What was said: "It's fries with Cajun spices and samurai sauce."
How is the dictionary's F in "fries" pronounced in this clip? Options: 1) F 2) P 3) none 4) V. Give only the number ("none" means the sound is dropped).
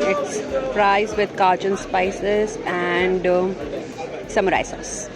2